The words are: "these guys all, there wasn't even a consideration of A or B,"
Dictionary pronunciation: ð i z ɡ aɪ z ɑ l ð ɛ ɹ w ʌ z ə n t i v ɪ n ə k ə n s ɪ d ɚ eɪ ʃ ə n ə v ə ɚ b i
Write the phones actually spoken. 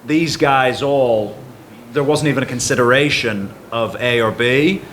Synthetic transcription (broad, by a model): ð i z ɡ aɪ z ɑ l ð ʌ ɹ w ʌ z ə n t i v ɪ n ə k ə n s ɪ d ɚ eɪ ʃ ə n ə v ə ɚ b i